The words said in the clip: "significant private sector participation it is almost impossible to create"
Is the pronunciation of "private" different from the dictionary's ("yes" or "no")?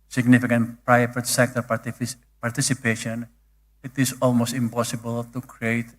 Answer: yes